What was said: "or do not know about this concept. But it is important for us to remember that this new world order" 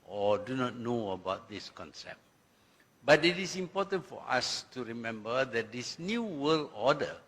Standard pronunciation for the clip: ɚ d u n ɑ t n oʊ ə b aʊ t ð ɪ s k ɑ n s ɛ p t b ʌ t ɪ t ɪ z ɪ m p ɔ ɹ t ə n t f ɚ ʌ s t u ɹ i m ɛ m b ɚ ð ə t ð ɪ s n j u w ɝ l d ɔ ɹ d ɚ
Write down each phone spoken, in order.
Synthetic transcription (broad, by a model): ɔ d u n ɑ t n oʊ ə b aʊ t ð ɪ s k ɑ n s ɛ p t b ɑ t ɪ t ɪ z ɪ m p ɔ t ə n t f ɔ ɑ s t u ɹ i m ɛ m b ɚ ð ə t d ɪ s n j u w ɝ l ɔ d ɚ